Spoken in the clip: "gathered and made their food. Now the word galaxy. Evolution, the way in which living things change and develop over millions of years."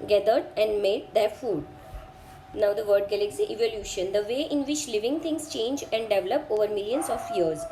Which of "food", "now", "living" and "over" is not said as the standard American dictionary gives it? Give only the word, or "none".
none